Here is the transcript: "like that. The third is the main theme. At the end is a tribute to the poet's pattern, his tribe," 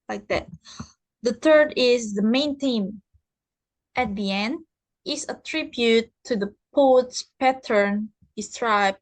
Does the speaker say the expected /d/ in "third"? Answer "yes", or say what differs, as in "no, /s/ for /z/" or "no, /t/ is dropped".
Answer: yes